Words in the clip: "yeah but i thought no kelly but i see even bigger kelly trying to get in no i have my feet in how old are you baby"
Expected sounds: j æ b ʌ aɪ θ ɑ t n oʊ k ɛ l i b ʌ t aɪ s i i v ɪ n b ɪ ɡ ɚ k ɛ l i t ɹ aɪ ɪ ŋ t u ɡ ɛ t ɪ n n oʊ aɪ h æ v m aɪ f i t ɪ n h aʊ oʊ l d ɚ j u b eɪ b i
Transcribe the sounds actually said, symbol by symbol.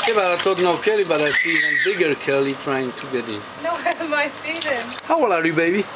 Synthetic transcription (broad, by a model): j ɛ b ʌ aɪ t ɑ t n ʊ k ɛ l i b ʌ t aɪ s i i ɪ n b ɪ ɡ ɚ k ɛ l i t ɹ aɪ ɪ ŋ t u ɡ ɛ t ɪ n n oʊ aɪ m aɪ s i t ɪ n h aʊ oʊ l ɚ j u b eɪ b i